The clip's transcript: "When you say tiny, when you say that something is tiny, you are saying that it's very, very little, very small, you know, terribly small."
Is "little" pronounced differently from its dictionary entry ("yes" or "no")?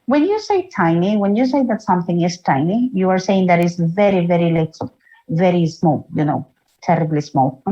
yes